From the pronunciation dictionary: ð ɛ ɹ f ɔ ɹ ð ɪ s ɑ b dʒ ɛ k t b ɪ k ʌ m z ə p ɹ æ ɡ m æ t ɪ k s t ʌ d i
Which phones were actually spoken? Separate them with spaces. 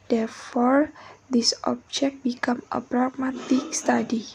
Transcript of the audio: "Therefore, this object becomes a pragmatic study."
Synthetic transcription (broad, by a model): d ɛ ɹ f ɔ ɹ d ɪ s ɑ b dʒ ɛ k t b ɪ k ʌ m ə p ɹ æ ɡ m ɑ t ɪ k s t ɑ d i